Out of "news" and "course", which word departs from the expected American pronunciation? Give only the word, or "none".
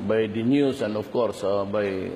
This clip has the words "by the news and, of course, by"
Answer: news